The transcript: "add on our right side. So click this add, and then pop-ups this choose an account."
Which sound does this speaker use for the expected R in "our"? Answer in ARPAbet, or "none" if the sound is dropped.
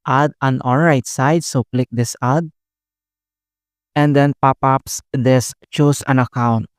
L